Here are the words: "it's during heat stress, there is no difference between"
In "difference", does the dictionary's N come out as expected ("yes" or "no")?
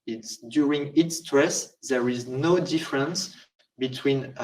yes